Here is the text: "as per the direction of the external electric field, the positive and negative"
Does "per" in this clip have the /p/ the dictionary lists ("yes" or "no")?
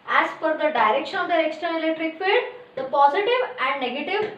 no